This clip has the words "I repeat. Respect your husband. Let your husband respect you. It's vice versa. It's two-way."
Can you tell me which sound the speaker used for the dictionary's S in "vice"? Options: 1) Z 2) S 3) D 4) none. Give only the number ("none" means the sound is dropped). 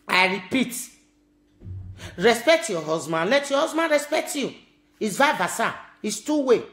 4